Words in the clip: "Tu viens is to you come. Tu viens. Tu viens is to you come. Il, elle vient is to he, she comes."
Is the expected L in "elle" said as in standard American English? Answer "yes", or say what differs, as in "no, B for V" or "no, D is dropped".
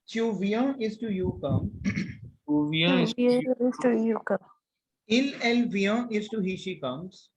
yes